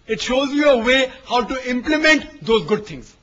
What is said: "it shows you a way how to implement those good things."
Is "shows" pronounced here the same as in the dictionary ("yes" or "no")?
yes